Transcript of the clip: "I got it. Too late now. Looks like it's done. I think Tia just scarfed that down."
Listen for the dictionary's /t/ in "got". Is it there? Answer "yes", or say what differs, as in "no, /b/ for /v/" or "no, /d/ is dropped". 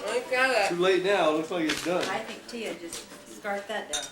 no, /t/ is dropped